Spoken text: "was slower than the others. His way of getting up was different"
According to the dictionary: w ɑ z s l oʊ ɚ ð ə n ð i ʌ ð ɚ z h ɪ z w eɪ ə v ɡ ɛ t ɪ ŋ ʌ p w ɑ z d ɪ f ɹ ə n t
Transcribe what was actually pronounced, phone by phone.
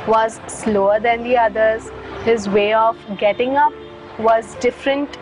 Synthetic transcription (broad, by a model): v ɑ z s l oʊ ɚ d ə n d i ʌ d ɚ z h ɪ z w eɪ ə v ɡ ɛ t ɪ ŋ ʌ p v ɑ z d ɪ f ɹ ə n t